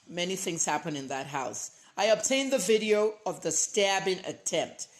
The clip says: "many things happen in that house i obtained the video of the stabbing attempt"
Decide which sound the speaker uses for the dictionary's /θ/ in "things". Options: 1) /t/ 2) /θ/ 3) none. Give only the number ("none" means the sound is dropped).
2